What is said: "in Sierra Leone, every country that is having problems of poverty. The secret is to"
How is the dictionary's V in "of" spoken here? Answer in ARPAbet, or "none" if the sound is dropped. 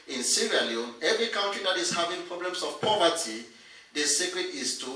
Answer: F